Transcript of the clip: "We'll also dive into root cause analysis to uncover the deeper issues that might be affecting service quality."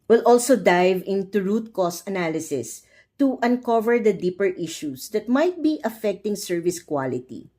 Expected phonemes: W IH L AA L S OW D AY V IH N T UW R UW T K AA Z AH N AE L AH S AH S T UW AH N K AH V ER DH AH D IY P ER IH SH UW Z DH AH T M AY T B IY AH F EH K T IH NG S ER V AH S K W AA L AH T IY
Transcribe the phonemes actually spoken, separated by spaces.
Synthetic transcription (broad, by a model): W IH L AA L S OW D AY V IH N T UW R UW T K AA S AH N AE L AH S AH S T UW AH N K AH V ER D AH D IY P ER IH SH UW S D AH T M AY T B IY AH F EH K T IH NG S ER V AH S K W AA L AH T IY